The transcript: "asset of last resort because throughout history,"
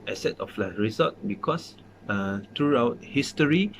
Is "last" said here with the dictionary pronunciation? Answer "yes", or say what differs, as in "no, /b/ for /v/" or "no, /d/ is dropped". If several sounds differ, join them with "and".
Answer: no, /s/ is dropped